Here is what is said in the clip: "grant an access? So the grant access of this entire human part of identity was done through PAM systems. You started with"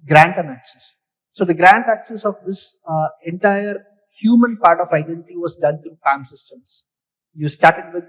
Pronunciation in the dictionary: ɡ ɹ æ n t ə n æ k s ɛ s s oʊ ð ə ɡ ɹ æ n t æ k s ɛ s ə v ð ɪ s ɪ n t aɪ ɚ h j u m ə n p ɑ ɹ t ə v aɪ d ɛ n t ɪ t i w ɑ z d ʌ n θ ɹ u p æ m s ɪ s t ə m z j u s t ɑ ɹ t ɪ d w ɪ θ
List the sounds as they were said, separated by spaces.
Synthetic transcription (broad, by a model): ɡ ɹ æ n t ə n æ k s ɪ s s oʊ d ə ɡ ɹ æ n t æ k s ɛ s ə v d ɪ s ɪ n t aɪ ɚ h j u m ə n p ɑ ɹ t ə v aɪ d ɛ n t ɪ t i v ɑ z d ʌ n t ɹ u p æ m s ɪ s t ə m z j u s t ɑ ɹ t ɪ d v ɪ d